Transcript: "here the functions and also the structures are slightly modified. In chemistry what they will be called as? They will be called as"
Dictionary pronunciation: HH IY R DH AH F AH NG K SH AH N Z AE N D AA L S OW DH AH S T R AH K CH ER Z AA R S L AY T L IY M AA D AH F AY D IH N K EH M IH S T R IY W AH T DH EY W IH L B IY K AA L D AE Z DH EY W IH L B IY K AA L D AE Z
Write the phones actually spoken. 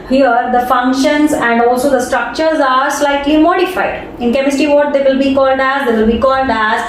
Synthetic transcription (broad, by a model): HH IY R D AH F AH NG K SH AH N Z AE N D AA L S OW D AH S T R AH K CH ER Z AA R S L AY T L IY M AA D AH F AY D IH N K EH M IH S T IY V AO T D EY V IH L B IY K AA L D AE Z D EY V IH L B IY K AA L D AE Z